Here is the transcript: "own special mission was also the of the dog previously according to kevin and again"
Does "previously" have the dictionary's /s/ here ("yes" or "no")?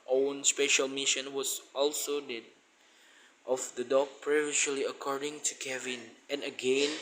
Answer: no